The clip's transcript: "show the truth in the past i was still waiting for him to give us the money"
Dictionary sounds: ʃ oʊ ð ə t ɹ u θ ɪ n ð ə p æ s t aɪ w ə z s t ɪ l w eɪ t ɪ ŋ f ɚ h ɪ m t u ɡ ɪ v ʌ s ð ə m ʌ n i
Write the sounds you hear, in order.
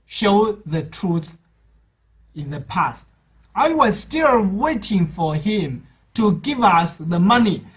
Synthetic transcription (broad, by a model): ʃ oʊ ð ə t ɹ u θ ɪ n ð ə p æ s t aɪ w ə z s t ɪ l w eɪ t ɪ ŋ f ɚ h ɪ m t u ɡ ɪ v ʌ s ð ə m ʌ n i